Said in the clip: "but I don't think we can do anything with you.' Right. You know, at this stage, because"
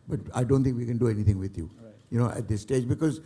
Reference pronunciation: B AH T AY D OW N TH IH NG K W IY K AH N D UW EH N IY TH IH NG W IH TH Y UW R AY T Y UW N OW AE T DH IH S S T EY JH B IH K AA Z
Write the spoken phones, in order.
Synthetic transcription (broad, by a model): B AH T AY D OW N T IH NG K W IY K AH N D UW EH N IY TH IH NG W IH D Y UW Y UW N OW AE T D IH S S T EY JH B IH K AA Z